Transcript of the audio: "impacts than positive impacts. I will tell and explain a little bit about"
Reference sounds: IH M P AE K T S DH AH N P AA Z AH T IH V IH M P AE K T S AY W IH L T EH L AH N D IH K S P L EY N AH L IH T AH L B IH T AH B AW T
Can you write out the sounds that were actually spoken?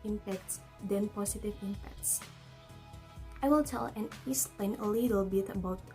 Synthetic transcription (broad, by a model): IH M P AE K T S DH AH N P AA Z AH T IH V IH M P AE K T S AY W IH L T EH L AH N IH S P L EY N AH L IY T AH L B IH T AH B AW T